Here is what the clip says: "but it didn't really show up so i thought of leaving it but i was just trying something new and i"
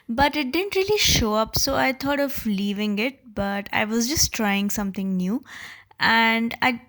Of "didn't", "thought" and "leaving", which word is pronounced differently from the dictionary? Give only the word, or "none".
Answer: thought